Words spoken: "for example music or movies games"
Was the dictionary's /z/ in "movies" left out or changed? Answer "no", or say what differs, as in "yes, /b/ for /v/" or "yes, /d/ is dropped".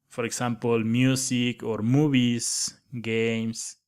yes, /s/ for /z/